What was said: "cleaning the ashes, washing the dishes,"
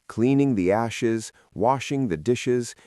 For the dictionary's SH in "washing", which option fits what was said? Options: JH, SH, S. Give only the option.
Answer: SH